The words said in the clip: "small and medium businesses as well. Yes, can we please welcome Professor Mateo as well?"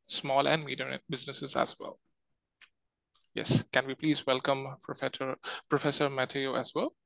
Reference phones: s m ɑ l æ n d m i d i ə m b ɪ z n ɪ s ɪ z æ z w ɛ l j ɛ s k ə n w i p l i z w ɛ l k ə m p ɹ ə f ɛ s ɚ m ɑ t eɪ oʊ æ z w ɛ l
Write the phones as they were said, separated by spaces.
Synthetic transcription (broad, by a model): s m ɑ l æ n d m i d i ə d b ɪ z n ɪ s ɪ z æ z w ɛ l j ɛ s k ə n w i p l i z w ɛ l k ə m p ɹ ə f ɛ s ɚ m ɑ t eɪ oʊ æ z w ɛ l